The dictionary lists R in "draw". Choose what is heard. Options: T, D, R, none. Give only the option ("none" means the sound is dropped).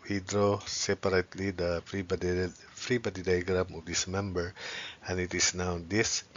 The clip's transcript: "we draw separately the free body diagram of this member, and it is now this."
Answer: R